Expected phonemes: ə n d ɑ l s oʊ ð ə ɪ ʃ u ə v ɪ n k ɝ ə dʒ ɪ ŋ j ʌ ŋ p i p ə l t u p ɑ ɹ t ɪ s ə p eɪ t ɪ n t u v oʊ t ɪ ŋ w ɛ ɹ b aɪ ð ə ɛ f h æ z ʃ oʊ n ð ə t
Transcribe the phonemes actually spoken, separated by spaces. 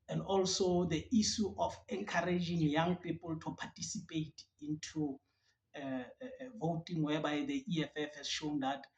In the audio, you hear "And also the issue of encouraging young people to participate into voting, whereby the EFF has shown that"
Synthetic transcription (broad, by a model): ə n d ɑ l s oʊ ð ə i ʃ u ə f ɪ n k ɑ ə dʒ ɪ ŋ j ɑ ŋ p i p ə l t u p ɑ t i s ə p eɪ t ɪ n t u v oʊ t ɪ ŋ w ɛ b aɪ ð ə ɛ f h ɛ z ʃ oʊ n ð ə t